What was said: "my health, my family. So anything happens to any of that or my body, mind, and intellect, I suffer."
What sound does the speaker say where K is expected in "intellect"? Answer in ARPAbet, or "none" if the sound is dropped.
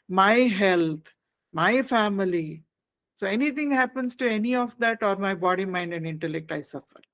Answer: K